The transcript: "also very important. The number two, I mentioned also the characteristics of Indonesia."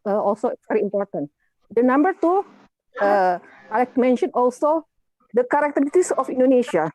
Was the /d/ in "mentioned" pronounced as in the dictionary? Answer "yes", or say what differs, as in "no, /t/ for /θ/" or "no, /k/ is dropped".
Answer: no, /d/ is dropped